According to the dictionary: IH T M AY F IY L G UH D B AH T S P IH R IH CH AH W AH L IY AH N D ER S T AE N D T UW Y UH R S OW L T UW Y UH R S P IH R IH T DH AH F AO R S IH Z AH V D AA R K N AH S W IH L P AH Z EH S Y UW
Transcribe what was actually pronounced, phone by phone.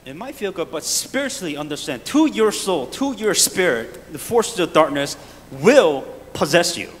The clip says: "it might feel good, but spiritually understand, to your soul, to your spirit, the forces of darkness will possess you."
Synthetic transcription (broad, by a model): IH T M AY F IY L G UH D B AH T S P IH R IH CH L IY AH N D ER S T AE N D T UW Y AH R S OW L T UW Y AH R S P IH R IH T DH AH F AO R S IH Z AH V D AA R K N AH S W IH L P AH Z EH S Y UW